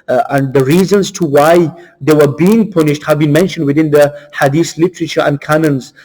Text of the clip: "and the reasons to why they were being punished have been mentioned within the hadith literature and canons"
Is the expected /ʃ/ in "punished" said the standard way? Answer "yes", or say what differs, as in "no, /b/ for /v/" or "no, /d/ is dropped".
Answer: yes